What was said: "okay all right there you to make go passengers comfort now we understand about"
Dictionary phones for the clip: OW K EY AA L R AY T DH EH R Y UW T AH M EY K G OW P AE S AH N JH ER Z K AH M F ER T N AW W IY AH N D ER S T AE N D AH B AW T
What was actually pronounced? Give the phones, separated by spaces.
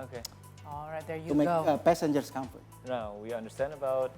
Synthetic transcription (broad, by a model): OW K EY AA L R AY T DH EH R Y UW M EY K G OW P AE S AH N JH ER S K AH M F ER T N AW W IY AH N D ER S T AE N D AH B AW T